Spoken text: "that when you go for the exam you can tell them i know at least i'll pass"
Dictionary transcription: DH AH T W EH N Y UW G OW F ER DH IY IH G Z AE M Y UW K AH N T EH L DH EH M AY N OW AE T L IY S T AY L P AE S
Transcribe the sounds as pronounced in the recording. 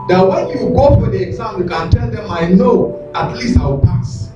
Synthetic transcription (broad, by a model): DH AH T W EH N Y UW G OW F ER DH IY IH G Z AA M Y UW K AH N T EH L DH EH M AY N OW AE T L IY S T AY W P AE S